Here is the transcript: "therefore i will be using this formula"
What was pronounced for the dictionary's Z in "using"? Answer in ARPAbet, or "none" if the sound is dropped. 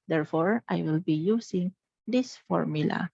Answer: S